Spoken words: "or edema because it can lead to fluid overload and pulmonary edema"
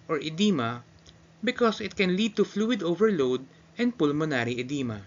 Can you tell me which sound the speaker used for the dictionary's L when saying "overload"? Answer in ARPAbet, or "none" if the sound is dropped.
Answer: L